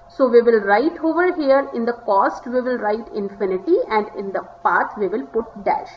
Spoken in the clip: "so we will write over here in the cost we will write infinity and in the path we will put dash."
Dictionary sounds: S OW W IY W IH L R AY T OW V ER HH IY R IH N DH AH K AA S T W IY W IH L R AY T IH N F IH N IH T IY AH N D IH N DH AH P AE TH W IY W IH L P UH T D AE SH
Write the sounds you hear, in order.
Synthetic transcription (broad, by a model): S OW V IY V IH L R AY T OW V ER HH IY R IH N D AH K AA S T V IY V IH L R AY T IH N F IH N IH T IY AH N D IH N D AH P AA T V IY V IH L P UH T D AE SH